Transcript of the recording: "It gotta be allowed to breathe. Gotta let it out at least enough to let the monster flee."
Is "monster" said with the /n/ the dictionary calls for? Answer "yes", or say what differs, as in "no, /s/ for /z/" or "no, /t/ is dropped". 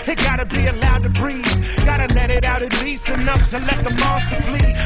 no, /n/ is dropped